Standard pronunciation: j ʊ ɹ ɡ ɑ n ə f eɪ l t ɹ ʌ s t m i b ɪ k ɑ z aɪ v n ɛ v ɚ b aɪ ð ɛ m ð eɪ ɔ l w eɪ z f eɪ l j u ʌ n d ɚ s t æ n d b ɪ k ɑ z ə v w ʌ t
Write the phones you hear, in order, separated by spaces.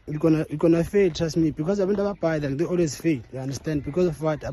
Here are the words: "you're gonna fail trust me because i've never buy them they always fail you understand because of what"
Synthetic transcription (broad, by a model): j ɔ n ɡ ɑ n ə f eɪ l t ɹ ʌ s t m i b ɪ k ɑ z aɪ w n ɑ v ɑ b aɪ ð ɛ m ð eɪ ɔ l w eɪ z f eɪ l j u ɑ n d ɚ s t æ n d b ɪ k ɑ z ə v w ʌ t